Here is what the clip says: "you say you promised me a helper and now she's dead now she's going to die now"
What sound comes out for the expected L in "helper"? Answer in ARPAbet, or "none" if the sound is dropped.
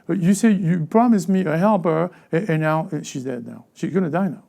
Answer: L